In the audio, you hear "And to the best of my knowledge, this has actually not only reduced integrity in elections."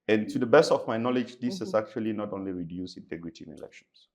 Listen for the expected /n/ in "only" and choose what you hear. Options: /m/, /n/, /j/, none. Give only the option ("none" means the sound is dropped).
/n/